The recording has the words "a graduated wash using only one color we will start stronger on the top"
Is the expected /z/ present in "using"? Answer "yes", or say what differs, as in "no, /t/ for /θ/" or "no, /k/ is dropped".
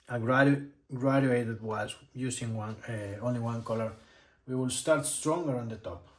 no, /s/ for /z/